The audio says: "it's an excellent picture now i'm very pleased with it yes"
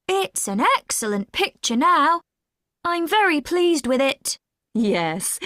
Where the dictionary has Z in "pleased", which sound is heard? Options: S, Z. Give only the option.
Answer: Z